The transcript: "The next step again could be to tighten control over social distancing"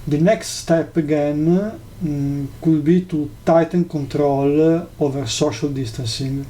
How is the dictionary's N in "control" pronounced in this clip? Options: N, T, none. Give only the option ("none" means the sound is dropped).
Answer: N